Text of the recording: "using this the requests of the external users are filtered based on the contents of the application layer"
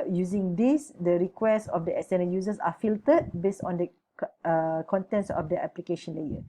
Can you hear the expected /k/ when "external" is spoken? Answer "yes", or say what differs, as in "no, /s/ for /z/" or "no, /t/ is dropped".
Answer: no, /k/ is dropped